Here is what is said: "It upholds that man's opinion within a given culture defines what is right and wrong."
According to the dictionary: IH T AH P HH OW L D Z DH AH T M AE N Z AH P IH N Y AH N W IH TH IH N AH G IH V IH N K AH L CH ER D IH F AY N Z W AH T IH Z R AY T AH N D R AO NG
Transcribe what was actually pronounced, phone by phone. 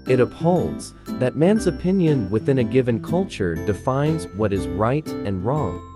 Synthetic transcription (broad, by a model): IH T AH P HH OW L D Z DH AH T M AE N Z AH P IH N Y AH N W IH TH IH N AH G IH V IH N K AH L CH ER D IH F AY N Z W AH T IH Z R AY T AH N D R AO NG